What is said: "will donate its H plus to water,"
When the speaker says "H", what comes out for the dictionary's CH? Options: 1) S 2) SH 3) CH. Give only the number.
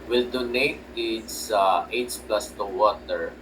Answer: 1